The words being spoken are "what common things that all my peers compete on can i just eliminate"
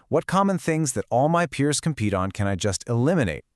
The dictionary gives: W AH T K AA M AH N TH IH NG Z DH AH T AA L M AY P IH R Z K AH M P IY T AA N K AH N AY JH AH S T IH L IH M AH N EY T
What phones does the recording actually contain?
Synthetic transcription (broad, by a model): W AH T K AA M AH N TH IH NG Z DH AH T AA L M AY P IH R Z K AH M P IY T N K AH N AY JH AH S T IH L IH M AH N EY T